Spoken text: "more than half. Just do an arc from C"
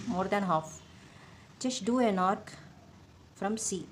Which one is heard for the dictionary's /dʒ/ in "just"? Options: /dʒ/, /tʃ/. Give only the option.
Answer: /tʃ/